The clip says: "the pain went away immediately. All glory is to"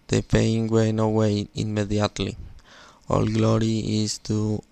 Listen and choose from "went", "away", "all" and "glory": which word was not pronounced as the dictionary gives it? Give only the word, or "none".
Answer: went